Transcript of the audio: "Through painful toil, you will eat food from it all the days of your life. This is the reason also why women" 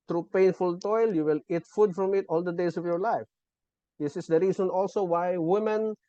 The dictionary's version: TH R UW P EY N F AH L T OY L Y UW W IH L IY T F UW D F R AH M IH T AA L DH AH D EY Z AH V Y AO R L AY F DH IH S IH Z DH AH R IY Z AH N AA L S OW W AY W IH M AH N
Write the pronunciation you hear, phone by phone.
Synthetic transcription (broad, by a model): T R UW P EY N F AH L T OY L Y UW W IH L IY T F UW D F R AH M IH T AA L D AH D EY S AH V Y AO R L AY F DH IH S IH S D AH R IY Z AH N AA L S OW W AY W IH M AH N